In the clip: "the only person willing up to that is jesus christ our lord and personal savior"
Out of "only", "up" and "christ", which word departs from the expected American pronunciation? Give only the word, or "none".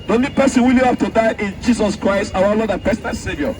up